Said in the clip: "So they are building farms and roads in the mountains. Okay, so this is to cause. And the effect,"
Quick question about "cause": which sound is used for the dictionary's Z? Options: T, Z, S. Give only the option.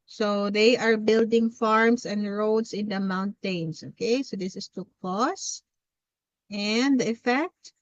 S